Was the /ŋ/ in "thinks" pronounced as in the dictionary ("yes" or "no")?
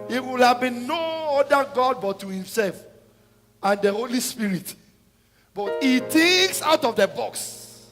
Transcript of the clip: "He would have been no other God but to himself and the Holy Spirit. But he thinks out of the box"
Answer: no